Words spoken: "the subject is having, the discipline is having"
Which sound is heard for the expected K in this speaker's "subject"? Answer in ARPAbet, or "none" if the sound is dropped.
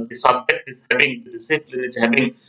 none